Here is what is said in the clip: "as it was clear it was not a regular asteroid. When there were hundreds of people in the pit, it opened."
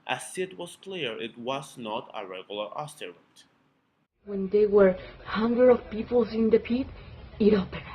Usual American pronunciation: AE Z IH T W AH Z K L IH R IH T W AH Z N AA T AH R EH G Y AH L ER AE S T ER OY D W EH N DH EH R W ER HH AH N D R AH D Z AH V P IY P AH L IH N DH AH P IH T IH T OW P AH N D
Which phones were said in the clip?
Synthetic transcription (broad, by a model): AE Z IH T W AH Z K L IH R IH T W AH Z N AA T AH R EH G Y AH L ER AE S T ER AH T W EH N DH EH W ER HH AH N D R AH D AH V P IY P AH L IH N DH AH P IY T IH T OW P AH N